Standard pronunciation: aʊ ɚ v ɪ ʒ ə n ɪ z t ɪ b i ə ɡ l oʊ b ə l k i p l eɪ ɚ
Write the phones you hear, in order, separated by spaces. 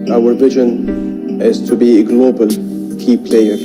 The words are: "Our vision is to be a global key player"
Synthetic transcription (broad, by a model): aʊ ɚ v ɪ ʒ ə n ɪ z t ɪ b i ɡ l oʊ b ə l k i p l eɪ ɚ